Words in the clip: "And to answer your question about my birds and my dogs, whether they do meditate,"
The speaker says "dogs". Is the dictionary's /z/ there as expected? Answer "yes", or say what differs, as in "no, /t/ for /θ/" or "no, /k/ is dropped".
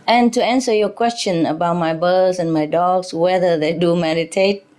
no, /s/ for /z/